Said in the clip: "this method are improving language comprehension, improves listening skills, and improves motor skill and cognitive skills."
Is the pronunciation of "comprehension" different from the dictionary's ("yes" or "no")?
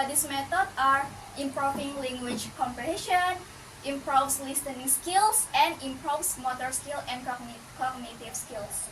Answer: yes